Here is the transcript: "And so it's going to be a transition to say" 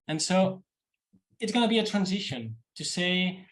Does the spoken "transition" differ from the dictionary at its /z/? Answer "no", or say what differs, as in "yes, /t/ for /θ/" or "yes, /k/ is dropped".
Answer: no